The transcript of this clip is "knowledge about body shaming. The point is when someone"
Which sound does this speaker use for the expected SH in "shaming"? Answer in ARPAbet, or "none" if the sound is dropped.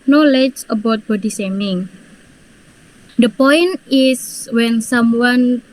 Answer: S